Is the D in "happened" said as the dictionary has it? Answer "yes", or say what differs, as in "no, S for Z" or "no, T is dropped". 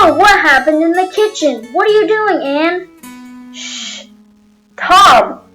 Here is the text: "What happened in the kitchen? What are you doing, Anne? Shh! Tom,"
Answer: yes